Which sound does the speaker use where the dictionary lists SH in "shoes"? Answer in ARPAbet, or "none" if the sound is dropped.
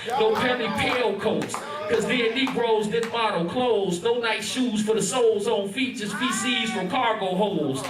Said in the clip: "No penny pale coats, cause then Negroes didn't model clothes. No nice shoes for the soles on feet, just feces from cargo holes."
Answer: SH